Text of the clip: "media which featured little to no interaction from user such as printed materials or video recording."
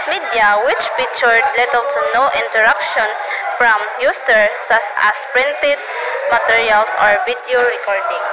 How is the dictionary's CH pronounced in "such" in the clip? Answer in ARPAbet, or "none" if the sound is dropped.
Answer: S